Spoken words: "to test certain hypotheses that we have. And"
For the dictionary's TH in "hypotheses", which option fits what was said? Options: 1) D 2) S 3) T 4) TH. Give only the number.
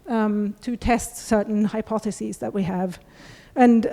4